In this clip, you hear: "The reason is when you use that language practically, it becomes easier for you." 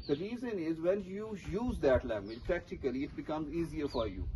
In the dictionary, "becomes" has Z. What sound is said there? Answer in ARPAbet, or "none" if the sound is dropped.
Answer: Z